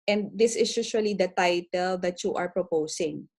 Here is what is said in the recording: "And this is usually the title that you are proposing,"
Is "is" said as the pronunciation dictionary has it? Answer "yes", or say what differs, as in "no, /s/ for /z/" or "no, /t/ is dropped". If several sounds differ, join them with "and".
no, /s/ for /z/